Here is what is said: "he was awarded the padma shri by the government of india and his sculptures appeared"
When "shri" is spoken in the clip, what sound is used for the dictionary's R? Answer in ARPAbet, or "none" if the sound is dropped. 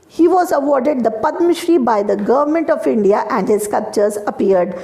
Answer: R